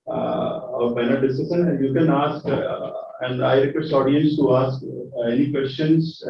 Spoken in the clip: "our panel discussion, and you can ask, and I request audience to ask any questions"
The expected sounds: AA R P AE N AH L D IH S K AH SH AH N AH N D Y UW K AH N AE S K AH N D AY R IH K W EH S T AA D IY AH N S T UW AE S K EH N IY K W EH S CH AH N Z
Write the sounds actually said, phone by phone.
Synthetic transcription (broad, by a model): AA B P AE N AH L D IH S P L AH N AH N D Y UW K AH N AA S K AH N D AY R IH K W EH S AA D IY AH N S T UW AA S K EH N IY K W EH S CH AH N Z